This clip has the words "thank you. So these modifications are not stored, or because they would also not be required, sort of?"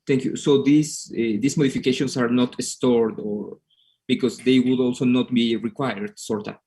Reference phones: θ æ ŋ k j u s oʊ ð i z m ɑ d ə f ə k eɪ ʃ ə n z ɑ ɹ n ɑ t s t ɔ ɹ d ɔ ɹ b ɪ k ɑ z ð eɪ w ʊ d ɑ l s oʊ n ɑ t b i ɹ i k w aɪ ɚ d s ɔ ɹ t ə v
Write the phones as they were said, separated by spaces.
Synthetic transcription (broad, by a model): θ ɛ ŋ k j u s oʊ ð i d m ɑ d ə f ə k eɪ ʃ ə n s ɑ ɹ n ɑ t s t ɔ ɹ d ɔ ɹ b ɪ k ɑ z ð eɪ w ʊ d ɑ l s oʊ n ɑ t b i ɹ i k w aɪ ɚ d s ɔ ɹ t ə